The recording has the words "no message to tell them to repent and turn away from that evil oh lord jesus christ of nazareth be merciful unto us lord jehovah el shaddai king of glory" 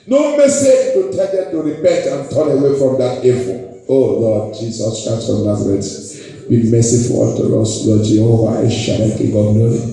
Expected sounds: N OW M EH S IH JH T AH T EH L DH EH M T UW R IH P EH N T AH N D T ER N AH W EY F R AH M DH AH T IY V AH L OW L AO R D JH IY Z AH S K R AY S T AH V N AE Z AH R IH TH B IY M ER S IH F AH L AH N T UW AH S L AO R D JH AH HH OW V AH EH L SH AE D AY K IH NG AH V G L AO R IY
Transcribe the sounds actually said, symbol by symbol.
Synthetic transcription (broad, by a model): N OW M EH S IH JH T AH T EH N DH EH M T UW R IH P EH N T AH N T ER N AH W EY F R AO M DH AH T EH F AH OW L AO D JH IY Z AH S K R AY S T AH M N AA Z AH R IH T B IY M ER S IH F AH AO T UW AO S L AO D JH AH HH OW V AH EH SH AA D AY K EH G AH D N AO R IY